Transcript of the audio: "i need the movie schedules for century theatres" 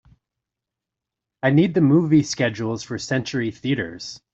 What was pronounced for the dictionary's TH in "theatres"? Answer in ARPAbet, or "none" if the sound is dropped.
TH